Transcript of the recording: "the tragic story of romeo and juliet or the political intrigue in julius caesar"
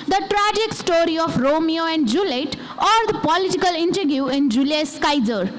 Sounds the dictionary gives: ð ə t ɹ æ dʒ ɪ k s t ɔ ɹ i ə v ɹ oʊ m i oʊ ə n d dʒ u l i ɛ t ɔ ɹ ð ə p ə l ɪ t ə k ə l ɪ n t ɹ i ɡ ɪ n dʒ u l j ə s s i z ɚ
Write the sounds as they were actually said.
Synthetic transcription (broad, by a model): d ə t ɹ æ dʒ ɪ k s t ɔ ɹ i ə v ɹ oʊ m i oʊ ə n d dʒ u l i t ɔ ɹ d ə p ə l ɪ t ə k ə l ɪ n t ɹ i ɪ n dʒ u l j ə s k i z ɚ